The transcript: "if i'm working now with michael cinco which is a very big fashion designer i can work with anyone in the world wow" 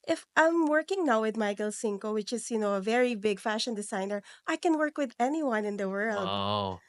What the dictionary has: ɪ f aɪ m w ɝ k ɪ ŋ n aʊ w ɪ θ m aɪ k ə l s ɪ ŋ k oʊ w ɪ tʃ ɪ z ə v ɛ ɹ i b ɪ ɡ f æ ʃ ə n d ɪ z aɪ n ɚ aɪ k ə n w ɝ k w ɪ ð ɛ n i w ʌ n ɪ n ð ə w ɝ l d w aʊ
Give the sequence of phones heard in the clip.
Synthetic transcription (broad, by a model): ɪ f aɪ m w ɝ k ɪ ŋ n aʊ w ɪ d m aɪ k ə l s ɪ ŋ k oʊ w ɪ tʃ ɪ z ə v ɛ ɹ i b ɪ ɡ f æ ʃ ə n d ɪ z aɪ n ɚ aɪ k ə n w ɝ k w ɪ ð ɛ n i w ʌ n ɪ n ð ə w ɝ l d